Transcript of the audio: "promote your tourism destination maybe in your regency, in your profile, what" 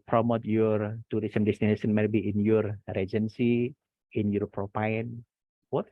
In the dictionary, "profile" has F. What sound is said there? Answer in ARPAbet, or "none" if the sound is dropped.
P